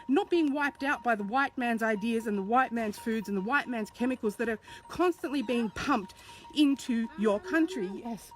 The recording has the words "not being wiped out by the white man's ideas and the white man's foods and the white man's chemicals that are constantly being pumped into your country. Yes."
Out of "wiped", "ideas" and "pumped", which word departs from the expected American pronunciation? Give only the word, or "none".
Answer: none